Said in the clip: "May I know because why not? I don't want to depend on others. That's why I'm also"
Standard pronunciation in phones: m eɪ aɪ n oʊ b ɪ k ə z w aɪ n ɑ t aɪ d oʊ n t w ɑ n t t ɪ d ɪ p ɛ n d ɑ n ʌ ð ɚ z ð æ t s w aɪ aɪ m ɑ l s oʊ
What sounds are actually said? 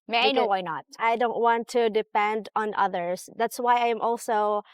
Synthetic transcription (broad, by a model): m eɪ aɪ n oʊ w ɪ ə n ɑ t aɪ d oʊ n t w ɑ n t t ɪ d ɪ p ɛ n d n ʌ ð ɚ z ð æ t s w aɪ aɪ m ɑ l s oʊ